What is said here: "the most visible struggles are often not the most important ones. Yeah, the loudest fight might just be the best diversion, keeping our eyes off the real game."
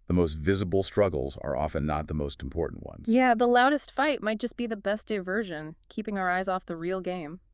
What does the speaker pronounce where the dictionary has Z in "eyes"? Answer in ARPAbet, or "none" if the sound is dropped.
Z